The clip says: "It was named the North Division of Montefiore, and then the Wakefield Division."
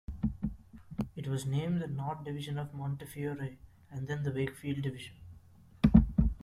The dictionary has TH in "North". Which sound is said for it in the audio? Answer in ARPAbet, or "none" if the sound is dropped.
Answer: T